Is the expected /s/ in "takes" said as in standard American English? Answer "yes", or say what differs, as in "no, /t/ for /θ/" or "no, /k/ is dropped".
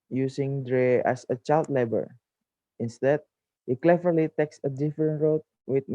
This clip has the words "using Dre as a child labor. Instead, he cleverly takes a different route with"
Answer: yes